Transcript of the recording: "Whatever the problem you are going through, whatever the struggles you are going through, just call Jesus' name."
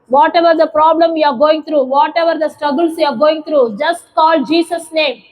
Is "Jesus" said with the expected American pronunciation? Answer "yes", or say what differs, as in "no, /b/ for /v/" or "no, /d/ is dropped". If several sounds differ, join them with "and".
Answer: no, /s/ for /z/